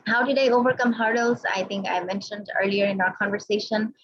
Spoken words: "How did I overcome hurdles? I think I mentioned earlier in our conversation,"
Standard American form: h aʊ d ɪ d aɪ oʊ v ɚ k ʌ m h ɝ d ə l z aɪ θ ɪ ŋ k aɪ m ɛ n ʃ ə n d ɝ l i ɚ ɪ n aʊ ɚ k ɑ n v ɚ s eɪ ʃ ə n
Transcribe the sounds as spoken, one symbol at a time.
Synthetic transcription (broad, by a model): h aʊ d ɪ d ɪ oʊ v ɚ k ʌ m h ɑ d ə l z aɪ θ ɪ ŋ k aɪ m ɛ n ʃ ə n d ɝ l i ɚ ɪ n aʊ ɚ k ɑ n v ɚ s eɪ ʃ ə n